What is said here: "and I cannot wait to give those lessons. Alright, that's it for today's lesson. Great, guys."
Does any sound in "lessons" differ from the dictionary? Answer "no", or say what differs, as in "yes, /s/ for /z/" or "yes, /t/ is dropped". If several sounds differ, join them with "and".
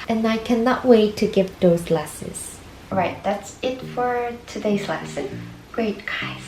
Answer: yes, /n/ is dropped